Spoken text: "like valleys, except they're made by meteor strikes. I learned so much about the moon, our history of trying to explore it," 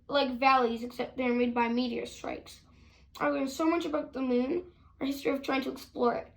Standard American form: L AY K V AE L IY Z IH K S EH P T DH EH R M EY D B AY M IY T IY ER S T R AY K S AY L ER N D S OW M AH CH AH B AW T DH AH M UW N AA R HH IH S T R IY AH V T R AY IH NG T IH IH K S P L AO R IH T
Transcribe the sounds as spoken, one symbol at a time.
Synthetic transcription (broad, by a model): L AY K V AE L IY Z IH K S EH P T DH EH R M EY D B AY M IY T IY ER S T R AY K S AY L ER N S OW M AH CH AH B AW T DH AH M UW N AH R HH IH S T R IY AH V T R AY IH NG T IH IH K S P L AO R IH T